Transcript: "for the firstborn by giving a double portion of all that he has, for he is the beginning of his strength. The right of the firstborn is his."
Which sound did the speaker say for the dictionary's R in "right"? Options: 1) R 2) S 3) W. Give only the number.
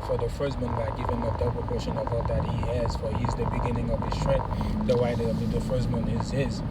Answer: 3